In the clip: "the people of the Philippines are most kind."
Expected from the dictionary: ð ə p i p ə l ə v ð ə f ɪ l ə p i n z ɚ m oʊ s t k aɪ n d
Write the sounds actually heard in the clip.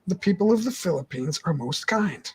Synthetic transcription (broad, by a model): ð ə p i p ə l ə v ð ə f ɪ l ə p i n z ɚ m oʊ s t k aɪ n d